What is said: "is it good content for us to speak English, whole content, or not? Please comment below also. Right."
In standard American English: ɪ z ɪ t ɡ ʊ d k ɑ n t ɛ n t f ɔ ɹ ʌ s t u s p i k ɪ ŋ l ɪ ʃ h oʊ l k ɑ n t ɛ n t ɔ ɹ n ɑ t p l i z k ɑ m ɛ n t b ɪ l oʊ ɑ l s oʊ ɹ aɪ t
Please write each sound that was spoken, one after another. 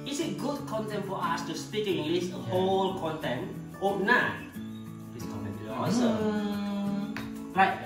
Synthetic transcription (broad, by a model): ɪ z ɪ t ɡ ʊ d k ɑ n t ɛ n t f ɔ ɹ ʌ s t u s p i k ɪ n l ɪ s h oʊ l k ɑ n t ɛ n t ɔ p n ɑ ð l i s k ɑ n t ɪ n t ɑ s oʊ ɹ aɪ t